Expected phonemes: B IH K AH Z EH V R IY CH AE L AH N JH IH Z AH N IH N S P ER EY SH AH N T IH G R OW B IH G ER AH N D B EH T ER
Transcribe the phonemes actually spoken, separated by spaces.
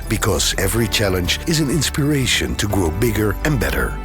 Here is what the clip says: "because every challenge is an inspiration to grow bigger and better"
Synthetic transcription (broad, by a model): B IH K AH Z EH V R IY CH AE L AH N JH IH Z AH N IH N S P ER EY SH AH N T IH G R OW B IH G ER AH N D B EH T ER